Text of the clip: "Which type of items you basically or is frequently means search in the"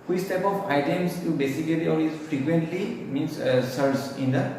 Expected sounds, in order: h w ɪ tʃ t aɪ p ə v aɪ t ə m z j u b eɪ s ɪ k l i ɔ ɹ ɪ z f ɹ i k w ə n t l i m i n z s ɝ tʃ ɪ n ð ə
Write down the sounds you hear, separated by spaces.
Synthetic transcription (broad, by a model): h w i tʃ t aɪ p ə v aɪ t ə m s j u b eɪ s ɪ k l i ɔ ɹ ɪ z f ɹ i k w ə n t l i m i n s s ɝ s ɪ n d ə